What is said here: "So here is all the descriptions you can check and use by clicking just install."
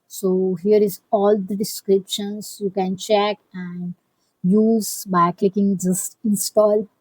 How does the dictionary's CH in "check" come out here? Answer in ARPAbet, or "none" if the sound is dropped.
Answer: CH